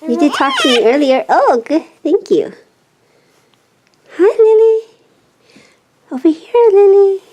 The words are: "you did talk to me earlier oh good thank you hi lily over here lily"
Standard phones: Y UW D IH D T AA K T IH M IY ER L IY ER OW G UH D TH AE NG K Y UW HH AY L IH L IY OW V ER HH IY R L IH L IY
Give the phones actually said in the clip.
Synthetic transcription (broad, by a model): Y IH D IH D T AA K T IH M IY ER L IY ER OW G UH D TH AE NG K Y UW HH AY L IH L IY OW B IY HH IY R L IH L IY